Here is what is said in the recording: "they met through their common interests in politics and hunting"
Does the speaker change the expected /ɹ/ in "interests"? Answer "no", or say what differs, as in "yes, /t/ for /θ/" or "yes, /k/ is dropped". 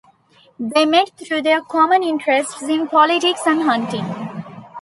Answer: no